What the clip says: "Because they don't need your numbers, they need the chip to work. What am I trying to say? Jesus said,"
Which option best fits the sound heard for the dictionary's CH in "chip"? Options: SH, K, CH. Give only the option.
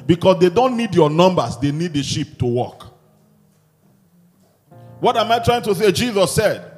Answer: SH